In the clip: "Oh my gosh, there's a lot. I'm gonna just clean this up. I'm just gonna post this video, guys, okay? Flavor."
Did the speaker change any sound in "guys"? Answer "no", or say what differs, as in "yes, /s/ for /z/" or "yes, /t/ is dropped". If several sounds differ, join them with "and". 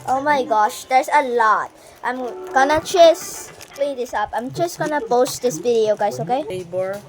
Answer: yes, /s/ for /z/